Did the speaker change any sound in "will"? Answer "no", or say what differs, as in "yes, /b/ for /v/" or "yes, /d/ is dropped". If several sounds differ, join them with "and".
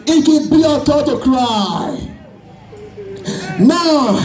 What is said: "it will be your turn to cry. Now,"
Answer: yes, /n/ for /l/